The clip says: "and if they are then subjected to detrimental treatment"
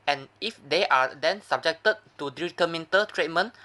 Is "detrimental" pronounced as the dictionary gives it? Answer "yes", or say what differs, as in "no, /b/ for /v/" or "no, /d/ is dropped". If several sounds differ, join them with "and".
no, /ɹ/ is dropped